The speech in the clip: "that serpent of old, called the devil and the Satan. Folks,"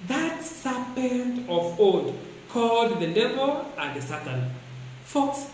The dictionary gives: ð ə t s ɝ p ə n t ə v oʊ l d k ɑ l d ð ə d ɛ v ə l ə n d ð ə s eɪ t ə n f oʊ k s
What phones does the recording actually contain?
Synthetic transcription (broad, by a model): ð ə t s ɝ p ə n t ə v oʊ d k ɑ l d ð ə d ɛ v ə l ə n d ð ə s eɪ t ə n f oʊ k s